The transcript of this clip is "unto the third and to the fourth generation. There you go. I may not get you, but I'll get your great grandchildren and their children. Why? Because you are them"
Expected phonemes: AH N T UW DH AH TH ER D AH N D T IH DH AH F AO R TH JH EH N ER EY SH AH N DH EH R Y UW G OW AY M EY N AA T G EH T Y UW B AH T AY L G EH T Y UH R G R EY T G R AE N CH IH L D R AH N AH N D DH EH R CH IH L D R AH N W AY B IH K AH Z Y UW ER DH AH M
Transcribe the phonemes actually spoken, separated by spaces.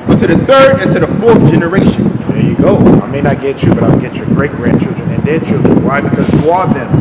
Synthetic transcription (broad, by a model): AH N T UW DH AH TH ER D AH N T IH DH AH F AO R TH JH EH N ER EY SH AH N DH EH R Y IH G OW AY M EY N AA T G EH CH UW B AH T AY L G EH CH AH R G R EY T G R AE N CH IH L D R AH N AH N D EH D CH IH L D R AH N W AY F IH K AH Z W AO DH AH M